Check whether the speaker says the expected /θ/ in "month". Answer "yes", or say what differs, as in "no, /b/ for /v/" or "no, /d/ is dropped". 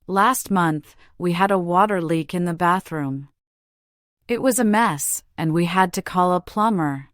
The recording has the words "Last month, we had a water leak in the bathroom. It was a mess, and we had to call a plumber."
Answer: yes